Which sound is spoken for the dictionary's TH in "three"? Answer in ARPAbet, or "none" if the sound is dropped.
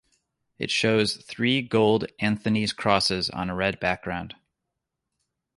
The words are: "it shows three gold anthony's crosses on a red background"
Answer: TH